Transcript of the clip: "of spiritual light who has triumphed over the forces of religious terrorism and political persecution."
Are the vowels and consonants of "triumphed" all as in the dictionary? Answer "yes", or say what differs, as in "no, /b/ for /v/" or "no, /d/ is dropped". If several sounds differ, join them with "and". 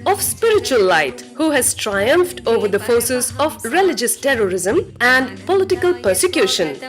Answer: yes